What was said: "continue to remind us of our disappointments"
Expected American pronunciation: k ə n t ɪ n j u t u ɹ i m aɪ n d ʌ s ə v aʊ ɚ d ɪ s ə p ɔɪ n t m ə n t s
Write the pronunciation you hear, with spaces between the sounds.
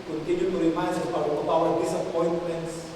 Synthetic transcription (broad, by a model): k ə n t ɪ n j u t u ɹ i m aɪ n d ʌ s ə b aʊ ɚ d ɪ s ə p ɔɪ n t m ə n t s